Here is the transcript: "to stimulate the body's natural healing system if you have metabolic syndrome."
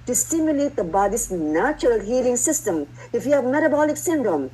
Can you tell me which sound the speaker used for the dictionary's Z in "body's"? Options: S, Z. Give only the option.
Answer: S